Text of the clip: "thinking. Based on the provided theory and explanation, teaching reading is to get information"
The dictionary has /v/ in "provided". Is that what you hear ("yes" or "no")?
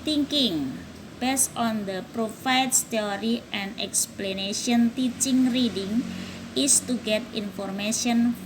no